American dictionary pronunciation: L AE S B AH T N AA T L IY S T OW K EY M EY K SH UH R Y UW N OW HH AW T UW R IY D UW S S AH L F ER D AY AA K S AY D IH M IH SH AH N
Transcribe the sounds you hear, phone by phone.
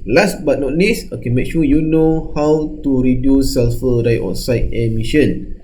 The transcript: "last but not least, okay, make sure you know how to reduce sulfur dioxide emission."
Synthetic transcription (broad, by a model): L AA S B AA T N AA T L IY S OW K EY M EY K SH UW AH Y UW N OW HH AW T UW R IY D UW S S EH L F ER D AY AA S AY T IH M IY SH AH N